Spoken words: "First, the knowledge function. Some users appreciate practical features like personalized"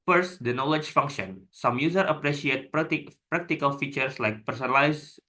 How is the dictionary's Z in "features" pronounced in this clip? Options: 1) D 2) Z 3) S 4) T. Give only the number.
3